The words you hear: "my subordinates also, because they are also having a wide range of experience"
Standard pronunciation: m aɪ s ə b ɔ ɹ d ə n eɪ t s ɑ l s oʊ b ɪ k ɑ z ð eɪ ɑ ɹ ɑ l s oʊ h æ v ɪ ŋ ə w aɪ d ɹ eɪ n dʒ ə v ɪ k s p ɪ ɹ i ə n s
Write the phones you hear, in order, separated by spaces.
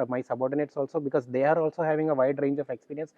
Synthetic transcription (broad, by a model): m aɪ s ə b ɔ ɹ d ə n eɪ t s ɑ l s oʊ b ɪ k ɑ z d eɪ ɑ ɹ ɑ l s oʊ h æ v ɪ ŋ ə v aɪ d ɹ eɪ n dʒ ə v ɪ k s p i ɹ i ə n s